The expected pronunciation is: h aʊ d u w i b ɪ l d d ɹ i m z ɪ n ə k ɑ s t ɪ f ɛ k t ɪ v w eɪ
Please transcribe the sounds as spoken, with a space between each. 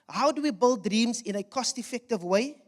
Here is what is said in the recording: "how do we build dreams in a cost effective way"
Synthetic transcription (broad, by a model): h aʊ d u w i b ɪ l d d ɹ i m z ɪ n ə k ɑ s t ɪ f ɛ k t ɪ v w eɪ